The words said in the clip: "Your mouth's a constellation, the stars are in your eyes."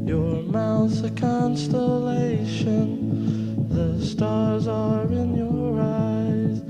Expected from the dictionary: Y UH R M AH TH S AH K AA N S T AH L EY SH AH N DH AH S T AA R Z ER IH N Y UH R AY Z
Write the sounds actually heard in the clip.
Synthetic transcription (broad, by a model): Y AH R M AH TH AH K AA N S T AH L EY SH AH N DH AH S T AA R Z ER IH N Y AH R AY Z